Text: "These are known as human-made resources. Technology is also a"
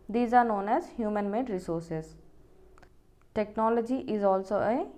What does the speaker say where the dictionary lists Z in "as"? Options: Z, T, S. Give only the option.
Z